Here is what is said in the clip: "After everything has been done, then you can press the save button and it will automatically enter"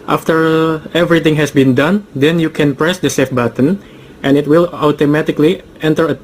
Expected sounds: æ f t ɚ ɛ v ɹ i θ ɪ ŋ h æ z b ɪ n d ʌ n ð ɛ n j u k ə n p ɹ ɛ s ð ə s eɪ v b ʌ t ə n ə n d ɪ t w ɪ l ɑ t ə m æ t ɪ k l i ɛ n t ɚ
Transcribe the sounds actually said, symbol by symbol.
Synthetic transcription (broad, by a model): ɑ f t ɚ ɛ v ɹ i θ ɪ ŋ h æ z b ɪ n d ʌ n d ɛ n j u k ə n p ɹ ɛ s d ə s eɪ f b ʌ t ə n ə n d ɪ t w ɪ l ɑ t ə m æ t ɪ k l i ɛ n t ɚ